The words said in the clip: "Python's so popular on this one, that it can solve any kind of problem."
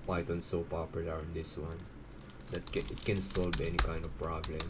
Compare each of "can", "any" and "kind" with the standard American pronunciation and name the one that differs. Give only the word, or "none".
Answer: none